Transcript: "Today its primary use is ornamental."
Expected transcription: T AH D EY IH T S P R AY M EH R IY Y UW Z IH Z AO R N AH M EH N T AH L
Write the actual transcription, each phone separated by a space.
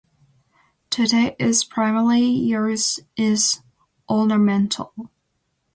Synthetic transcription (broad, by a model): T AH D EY IH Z P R AY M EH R IY Y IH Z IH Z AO L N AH M EH N T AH L